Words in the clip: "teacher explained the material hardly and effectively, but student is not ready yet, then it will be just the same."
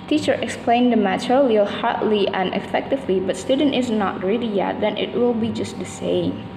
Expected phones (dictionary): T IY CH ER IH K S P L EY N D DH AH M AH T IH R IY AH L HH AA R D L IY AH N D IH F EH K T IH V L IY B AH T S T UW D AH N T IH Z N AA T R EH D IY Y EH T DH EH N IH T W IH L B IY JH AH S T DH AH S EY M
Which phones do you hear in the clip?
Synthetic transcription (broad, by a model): T IY CH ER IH K S P L EY N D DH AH M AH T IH L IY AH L HH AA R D L IY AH N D IH F EH K T IH V L IY B AH T S T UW D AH N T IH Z N AA T R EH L IY Y EH T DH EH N IH T W IH L B IY JH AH S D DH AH S EY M